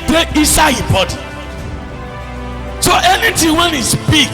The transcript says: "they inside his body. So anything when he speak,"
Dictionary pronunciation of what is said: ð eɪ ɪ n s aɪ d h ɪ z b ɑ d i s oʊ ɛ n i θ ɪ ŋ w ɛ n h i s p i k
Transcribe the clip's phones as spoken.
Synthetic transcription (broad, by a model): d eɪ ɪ s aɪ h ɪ b ɑ d i s oʊ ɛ n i t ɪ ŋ w ɛ n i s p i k